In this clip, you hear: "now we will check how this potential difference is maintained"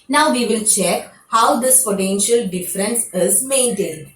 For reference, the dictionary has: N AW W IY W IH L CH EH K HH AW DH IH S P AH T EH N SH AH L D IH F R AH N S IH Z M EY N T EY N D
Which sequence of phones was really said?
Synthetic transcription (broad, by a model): N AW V IY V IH L CH EH K HH AW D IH S F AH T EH N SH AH L D IH F R AH N S IH Z M EY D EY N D